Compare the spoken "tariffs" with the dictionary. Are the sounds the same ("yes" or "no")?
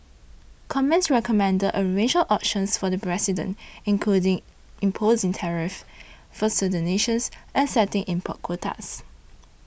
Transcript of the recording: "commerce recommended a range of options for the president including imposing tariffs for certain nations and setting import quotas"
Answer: no